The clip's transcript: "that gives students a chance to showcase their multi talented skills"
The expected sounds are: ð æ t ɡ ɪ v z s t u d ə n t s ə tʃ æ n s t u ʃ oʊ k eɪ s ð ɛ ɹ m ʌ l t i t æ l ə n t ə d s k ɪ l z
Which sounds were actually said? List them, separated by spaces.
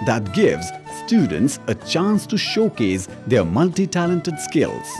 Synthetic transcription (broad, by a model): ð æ t ɡ ɪ v z s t u d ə n t s ə tʃ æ n s t u ʃ oʊ k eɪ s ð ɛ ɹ m ʌ l t i t æ l ə n t ə d s k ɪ l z